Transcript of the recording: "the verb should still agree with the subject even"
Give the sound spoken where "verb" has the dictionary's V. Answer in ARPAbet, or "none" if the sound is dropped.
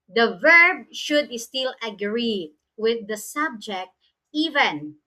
V